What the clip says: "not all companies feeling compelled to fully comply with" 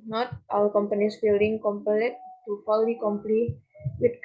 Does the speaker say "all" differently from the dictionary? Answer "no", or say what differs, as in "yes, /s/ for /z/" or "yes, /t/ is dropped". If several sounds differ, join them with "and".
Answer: yes, /w/ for /l/